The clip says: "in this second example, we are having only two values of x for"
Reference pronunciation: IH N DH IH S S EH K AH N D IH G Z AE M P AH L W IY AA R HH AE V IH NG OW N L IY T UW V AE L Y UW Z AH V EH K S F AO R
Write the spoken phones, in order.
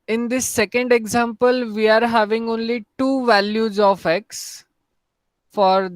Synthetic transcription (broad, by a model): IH N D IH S S EH K AH N D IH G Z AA M P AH L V IY AA R HH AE V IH NG OW N L IY T UW V AE L Y UW Z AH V EH K S F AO R